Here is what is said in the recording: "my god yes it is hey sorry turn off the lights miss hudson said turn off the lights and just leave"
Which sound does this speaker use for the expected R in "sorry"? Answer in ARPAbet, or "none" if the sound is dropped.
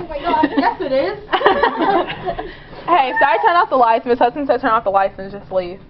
none